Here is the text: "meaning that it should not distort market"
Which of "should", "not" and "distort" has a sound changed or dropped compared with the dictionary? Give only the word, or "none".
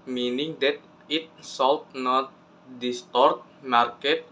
should